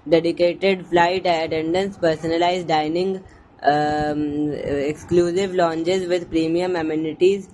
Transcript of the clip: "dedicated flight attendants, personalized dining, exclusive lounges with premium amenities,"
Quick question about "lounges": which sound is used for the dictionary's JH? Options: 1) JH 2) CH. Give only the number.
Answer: 2